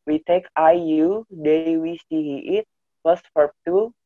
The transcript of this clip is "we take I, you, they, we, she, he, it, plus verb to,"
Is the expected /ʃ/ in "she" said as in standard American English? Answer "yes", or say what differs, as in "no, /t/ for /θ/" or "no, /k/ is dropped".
no, /s/ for /ʃ/